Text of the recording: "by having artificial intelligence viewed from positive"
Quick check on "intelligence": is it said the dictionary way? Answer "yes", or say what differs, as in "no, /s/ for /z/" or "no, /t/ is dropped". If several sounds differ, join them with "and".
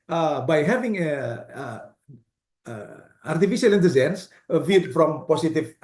no, /z/ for /dʒ/